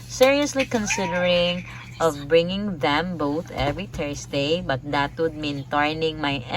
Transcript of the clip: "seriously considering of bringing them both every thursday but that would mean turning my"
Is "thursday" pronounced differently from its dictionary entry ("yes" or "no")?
yes